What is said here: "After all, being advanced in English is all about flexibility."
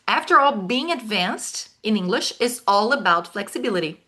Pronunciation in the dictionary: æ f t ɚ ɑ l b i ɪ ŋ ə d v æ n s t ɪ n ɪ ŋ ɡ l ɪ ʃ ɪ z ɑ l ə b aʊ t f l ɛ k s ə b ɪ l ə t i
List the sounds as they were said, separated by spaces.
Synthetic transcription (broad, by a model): æ f t ɚ ɑ l b i ɪ ŋ ə d v æ n s t ɪ n ɪ ŋ ɡ l ɪ ʃ ɪ z ɑ l ə b aʊ t f l ɛ k s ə b ɪ l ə t i